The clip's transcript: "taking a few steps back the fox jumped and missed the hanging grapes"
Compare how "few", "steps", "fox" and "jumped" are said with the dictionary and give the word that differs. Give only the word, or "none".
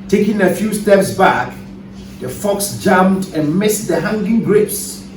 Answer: jumped